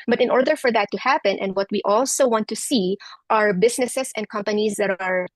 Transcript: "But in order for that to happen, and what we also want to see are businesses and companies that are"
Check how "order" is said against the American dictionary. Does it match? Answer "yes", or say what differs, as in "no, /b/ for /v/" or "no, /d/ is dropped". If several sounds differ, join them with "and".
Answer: yes